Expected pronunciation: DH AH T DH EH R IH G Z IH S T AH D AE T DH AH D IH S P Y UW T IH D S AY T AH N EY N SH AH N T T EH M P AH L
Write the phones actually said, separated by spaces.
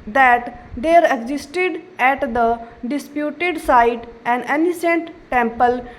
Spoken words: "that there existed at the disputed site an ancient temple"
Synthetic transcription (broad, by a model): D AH T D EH R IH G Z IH S T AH D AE T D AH D IH S P Y UW T IH D S AY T AH N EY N S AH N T T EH M P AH L